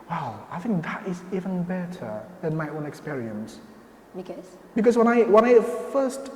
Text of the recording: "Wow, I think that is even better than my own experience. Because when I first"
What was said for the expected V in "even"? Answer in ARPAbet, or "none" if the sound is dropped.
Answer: V